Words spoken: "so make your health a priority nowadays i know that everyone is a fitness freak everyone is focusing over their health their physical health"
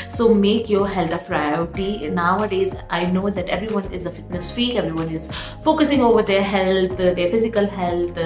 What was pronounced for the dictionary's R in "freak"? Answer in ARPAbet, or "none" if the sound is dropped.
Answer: none